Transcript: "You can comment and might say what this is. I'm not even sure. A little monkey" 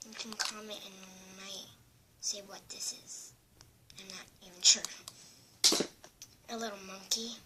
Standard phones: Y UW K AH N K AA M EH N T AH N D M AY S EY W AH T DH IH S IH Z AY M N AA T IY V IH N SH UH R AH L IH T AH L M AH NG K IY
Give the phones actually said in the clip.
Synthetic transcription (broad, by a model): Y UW K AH N K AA M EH T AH N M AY S EY W AH T DH IH S IH Z AY M N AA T IY V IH N SH UH R AH L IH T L M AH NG K IY